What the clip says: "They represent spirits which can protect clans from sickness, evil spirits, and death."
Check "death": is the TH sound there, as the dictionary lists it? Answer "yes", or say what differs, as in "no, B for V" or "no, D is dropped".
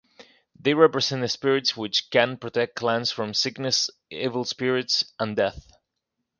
yes